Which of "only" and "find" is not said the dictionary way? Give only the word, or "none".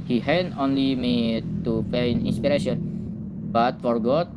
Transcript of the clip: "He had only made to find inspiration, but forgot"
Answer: find